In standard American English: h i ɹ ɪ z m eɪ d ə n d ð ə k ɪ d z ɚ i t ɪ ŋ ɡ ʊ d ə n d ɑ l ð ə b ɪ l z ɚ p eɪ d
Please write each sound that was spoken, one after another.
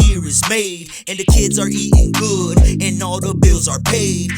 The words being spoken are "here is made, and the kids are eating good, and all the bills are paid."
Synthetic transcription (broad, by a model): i ɹ ɪ z m eɪ d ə n ð ə k ɪ d z ɚ i t ɪ ŋ ɡ ʊ d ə n ɑ l ð ə b ɪ l z ɚ p eɪ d